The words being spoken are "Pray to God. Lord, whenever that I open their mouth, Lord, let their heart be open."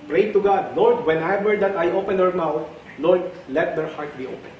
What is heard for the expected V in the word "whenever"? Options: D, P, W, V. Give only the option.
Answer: W